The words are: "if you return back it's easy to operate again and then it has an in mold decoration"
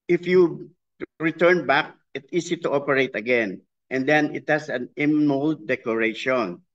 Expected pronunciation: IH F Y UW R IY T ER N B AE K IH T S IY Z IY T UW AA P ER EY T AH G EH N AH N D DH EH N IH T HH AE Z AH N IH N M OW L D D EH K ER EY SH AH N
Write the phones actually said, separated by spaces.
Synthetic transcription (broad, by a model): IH F Y UW R IY T ER N B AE K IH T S IY S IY T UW AA P ER EY T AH G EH N AH N D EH N IH T HH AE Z AH N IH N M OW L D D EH K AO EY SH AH N